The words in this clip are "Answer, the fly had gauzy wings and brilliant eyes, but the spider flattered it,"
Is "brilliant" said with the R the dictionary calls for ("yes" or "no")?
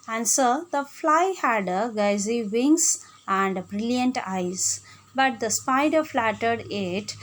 yes